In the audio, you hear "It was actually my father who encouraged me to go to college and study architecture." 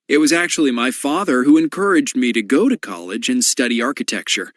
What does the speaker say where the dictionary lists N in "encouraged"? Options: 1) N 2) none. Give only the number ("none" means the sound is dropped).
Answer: 1